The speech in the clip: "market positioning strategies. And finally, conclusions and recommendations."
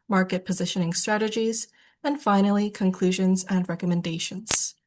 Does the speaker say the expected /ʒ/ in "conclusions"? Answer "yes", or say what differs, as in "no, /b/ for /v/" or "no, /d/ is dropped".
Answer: yes